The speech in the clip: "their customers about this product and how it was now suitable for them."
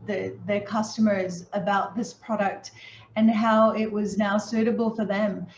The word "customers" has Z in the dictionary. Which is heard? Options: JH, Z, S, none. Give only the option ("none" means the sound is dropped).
Z